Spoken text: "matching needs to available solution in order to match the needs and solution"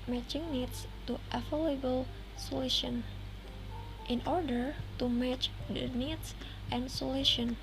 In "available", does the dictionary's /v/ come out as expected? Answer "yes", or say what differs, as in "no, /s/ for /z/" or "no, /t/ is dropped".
no, /f/ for /v/